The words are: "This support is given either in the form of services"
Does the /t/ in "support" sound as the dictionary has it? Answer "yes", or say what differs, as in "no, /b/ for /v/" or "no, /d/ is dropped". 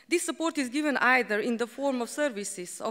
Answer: yes